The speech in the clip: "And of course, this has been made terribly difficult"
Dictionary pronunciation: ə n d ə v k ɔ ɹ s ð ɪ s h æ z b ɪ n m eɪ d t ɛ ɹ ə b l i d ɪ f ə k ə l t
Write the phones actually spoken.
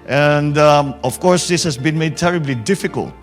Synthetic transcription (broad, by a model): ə n d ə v k ɔ ɹ s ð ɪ s h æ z b ɪ n m eɪ d t ɛ ɹ ə b l i d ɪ f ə k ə l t